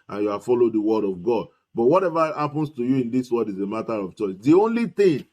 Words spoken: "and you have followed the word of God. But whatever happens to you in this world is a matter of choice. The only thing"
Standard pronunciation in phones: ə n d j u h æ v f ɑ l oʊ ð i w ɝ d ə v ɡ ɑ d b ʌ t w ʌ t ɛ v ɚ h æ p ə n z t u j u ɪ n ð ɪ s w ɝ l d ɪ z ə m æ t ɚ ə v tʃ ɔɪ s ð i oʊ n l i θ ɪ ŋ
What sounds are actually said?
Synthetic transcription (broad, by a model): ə n j u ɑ f ɑ l oʊ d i w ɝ d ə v ɡ ɑ d b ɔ t w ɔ t ɛ v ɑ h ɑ p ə n s t u j u ɪ n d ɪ s w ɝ d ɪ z ə m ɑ t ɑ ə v tʃ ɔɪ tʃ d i oʊ n l i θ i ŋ